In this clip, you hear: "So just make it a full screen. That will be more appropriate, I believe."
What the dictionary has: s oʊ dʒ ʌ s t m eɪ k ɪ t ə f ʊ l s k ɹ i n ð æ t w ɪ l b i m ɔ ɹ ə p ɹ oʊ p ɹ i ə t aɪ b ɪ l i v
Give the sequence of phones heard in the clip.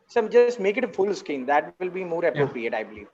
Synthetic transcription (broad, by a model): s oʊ dʒ ʌ s t m eɪ k ɪ t ə f ʊ l s k i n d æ t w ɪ l b i m ɔ ɹ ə p ɹ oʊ p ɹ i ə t aɪ b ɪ l i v